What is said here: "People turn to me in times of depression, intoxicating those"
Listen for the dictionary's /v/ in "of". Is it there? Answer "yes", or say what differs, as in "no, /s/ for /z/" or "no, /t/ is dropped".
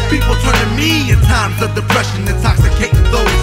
yes